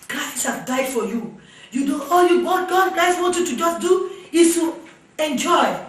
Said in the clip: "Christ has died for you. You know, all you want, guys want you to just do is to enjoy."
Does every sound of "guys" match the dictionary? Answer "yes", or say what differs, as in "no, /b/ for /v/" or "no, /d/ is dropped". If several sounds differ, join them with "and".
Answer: no, /s/ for /z/